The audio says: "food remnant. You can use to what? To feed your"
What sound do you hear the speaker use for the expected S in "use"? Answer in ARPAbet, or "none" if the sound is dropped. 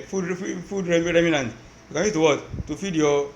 none